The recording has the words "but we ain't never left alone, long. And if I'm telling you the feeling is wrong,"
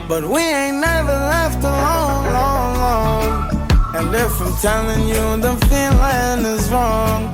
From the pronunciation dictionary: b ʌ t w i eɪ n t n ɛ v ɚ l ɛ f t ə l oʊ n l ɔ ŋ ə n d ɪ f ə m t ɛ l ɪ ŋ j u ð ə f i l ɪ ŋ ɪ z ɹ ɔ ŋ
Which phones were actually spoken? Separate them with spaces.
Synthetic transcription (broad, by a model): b ʌ t w i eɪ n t n ɛ v ɚ l ɛ f t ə l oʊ l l ɔ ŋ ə n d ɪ f ə m t ɛ l ɪ ŋ j u ð ə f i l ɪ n ɪ z ɹ ɔ ŋ